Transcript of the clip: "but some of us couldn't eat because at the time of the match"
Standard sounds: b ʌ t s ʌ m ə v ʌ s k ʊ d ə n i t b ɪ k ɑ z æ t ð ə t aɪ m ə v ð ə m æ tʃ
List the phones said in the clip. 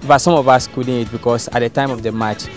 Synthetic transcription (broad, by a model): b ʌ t s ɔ m ə v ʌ s k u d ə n i t b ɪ k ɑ s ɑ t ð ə t aɪ m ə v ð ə m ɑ tʃ